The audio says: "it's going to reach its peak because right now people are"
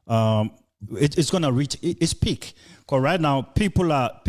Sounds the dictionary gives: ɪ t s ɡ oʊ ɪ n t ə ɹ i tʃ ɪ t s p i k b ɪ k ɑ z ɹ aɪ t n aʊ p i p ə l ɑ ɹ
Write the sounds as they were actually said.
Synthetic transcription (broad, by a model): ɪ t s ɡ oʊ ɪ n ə ɹ i tʃ ɪ t s p i k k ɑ ɹ aɪ t n aʊ p i p ə l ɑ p